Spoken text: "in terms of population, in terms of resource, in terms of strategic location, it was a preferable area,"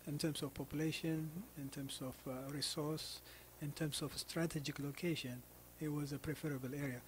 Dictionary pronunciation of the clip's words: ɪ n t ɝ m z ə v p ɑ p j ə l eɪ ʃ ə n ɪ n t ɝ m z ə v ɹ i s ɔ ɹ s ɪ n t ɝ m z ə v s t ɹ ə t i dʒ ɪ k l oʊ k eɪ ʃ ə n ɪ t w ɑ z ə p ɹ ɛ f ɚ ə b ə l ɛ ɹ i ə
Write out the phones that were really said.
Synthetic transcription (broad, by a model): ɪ n t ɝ m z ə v p ɑ p j ə l eɪ ʃ ə n ɪ n t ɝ m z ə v ɹ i s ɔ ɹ s ɪ n t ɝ m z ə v s t ɹ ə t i dʒ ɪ k l oʊ k eɪ ʃ ə n ɪ t w ɑ z ə p ɹ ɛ f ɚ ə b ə l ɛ ɹ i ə